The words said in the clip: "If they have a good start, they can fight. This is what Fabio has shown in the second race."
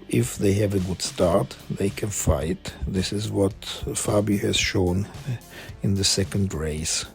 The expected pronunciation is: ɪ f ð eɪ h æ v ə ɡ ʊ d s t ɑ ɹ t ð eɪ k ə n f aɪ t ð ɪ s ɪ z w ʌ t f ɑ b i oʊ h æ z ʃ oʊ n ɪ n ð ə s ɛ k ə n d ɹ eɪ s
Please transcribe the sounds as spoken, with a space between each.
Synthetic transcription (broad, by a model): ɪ f ð eɪ h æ v ə ɡ ʊ d s t ɑ ɹ t ð eɪ k ə n f aɪ t ð ɪ s ɪ z w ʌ t f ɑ b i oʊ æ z ʃ oʊ n ɪ n ð ə s ɛ k ə n d ɹ eɪ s